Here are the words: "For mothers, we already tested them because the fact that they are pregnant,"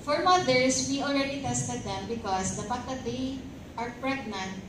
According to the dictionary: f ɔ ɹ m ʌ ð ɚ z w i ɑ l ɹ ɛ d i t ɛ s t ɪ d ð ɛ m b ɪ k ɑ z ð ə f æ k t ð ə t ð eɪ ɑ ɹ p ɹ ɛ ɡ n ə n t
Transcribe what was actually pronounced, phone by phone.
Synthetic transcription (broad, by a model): f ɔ ɹ m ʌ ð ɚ s w i ɑ l ɹ ɛ d i t ɛ s t ɪ d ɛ m b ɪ k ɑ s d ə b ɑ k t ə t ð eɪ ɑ ɹ p ɹ ɛ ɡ n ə n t